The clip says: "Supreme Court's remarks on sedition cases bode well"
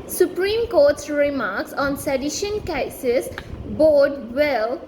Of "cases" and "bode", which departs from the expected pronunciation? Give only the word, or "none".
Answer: cases